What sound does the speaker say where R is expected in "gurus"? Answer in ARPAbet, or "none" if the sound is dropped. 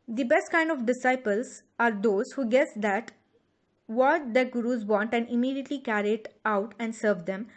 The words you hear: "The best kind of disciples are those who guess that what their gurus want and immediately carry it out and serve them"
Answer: R